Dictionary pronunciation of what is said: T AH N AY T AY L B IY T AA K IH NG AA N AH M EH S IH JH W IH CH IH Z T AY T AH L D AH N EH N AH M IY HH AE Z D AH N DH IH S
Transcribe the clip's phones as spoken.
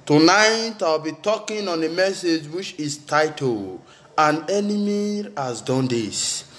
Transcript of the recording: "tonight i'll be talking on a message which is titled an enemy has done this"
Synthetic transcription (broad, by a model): T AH N AY T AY W B IY T AA K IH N AA N AH M EH S IH JH W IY CH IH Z T AY T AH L AH N EH N AH M IY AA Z D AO N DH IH S